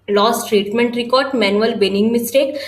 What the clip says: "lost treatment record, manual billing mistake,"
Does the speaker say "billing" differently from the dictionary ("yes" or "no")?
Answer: yes